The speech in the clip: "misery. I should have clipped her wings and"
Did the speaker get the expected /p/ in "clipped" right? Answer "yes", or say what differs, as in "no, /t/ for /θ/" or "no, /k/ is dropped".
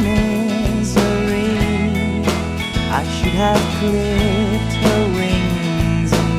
no, /p/ is dropped